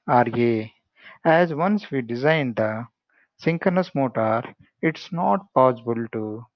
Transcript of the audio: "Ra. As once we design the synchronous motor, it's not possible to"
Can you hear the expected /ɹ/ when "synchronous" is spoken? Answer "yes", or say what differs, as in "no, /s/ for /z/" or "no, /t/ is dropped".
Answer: no, /ɹ/ is dropped